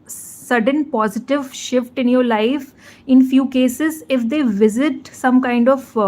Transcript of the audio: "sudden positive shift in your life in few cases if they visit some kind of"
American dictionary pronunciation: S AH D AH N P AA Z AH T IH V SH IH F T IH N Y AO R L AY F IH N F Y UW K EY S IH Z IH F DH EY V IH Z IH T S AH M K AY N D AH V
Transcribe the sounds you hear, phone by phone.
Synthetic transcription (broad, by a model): S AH D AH N P AA Z AH T IH V SH IH F T IH N Y AO R L AY F IH N F Y UW K EY S IH Z IH F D EY V IH Z IH T S AH M K AY N D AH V